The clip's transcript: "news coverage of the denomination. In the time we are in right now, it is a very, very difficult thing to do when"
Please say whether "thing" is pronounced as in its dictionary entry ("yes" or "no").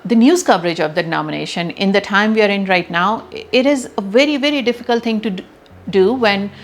no